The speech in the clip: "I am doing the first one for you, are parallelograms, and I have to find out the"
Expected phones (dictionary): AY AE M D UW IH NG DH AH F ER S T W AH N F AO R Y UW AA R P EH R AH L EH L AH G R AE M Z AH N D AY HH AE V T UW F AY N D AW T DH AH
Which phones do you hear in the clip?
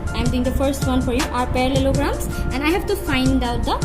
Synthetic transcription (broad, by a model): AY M D UW IH NG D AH F ER S T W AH N F AO R Y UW AA R P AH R L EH L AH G R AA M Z AH N D AY HH AE V T UW F AY N D AW T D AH